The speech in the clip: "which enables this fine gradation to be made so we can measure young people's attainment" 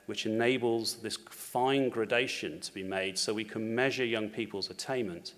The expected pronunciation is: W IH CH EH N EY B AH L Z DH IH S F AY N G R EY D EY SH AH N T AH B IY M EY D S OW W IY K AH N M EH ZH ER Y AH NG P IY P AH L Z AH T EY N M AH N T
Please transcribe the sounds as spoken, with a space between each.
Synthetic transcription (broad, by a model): W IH CH EH N EY B AH L Z DH IH S F AY N G R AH D EY SH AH N T AH B IY M EY D S OW W IY K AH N M EH ZH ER Y AH NG P IY P AH L Z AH T EY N M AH N T